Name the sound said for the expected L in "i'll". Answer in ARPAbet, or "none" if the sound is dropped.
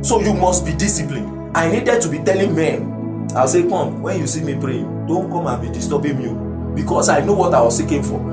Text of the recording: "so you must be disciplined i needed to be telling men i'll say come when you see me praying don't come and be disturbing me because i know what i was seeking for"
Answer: W